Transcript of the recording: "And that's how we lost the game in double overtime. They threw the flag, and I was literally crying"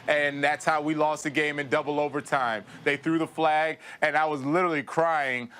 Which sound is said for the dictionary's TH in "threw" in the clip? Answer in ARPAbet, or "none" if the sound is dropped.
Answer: TH